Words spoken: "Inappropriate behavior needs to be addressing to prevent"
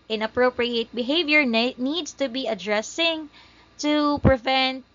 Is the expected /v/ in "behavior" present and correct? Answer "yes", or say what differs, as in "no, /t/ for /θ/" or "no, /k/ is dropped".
yes